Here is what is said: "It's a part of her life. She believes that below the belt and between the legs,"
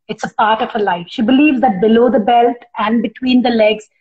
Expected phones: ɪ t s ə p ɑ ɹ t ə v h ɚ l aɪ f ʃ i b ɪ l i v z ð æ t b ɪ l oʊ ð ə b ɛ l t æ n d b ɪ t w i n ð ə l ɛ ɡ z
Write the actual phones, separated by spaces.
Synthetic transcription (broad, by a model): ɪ t s ə p ɑ ɹ t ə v h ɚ l aɪ f ʃ i b ɪ l i v z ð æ t b ɪ l oʊ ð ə b ɛ l t æ n d b ɪ t w i n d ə l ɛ ɡ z